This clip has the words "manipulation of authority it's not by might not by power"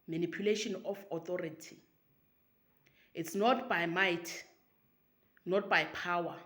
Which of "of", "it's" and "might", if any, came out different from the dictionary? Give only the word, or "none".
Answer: of